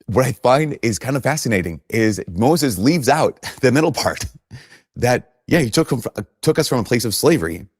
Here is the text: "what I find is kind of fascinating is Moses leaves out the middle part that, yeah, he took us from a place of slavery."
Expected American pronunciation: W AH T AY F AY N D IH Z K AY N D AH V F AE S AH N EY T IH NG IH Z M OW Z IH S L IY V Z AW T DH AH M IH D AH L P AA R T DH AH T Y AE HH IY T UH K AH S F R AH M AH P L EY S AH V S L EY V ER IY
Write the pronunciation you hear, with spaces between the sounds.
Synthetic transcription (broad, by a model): W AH T AY F AY N D IH Z K AY N D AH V F AE S AH N EY T IH NG IH Z M OW Z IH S L IY V Z AW T DH AH M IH D L P AA R T DH AH T Y AE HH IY T UH K AH S F R AH M AH P L EY S AH V S L EY V ER IY